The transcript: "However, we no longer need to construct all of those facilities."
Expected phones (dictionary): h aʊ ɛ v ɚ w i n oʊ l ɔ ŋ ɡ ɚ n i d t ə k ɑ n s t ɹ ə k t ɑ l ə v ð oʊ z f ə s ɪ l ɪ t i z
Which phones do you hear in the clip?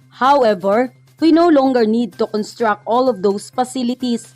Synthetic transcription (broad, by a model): h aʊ ɛ v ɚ w i n oʊ l ɔ ŋ ɡ ɚ n i d t ə k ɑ n s t ɹ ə k t ɑ l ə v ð oʊ s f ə s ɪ l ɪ t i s